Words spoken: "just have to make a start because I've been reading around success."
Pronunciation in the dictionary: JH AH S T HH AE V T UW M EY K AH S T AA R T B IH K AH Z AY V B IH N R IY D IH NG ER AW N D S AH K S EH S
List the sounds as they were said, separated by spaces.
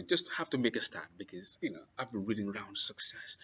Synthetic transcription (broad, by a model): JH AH S T HH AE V T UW M EY K AH S T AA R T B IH K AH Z AY V B IH N R IY D IH NG ER AW N D S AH K S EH S